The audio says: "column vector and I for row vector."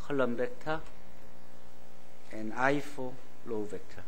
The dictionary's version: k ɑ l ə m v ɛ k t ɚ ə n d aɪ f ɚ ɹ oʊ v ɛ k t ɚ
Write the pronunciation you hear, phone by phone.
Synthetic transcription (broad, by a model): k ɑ l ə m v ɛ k t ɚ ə n aɪ f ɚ l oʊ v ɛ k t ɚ